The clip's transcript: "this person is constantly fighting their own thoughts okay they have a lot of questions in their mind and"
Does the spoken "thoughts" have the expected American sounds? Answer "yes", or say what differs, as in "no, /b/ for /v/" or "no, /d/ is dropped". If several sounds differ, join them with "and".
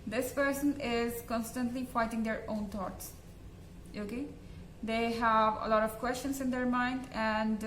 no, /t/ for /θ/